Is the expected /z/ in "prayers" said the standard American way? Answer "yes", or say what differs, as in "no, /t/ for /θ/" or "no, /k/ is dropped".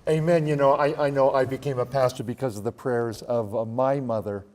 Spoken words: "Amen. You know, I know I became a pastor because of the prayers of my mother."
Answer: yes